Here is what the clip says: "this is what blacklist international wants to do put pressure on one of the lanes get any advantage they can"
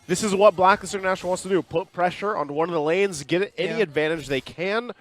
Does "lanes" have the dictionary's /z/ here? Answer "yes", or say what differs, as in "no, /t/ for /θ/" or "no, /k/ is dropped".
yes